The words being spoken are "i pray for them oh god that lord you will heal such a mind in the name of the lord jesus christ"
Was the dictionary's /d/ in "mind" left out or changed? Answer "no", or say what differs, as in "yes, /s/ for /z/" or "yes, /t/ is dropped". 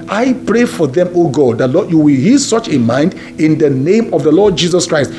no